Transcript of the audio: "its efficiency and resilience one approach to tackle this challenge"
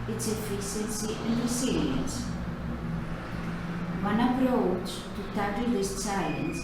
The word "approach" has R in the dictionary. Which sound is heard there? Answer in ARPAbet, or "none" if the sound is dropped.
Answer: R